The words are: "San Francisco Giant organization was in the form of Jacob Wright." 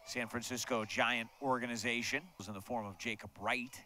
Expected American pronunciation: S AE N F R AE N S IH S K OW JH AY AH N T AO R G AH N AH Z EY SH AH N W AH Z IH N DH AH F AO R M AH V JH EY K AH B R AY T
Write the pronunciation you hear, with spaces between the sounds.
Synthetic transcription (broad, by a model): S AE N F R AE N S IH S K OW JH AY AH N T AO R G AH N AH Z EY SH AH N Z IH N DH AH F AO R M AH V JH EY K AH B R AY T